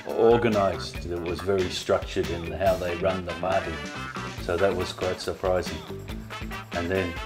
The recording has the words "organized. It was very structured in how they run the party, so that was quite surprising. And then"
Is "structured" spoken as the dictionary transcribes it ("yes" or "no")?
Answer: yes